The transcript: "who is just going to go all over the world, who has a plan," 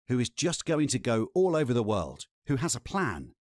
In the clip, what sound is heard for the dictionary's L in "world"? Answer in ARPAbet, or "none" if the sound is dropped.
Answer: L